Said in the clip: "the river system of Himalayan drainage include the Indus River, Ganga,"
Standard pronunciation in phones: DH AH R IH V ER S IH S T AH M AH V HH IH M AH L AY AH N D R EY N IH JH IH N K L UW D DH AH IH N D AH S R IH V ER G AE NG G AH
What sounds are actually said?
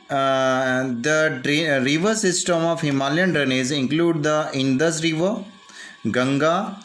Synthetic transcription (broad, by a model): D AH R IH V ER S IH S T AH M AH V HH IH M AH L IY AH N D R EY N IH Z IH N K L UW D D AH IH N D AH S R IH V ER G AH NG G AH